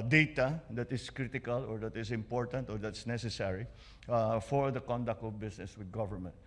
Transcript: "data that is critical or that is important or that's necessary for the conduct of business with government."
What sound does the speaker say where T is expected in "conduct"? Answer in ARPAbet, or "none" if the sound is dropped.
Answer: T